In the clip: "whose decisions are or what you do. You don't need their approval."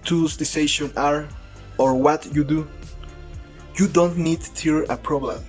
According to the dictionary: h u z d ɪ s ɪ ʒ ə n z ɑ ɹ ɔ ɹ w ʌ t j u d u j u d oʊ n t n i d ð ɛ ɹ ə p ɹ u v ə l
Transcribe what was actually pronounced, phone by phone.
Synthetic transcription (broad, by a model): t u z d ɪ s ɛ ʃ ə n ɑ ɹ ɔ ɹ w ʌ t j u d u j u d oʊ n t n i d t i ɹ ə p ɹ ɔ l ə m